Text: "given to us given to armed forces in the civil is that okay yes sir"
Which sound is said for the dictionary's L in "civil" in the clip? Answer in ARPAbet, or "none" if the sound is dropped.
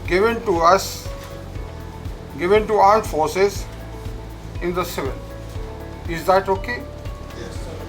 N